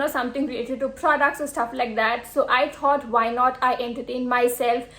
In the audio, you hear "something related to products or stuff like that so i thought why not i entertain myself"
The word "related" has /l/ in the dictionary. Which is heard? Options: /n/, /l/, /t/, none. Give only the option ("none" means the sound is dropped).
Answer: none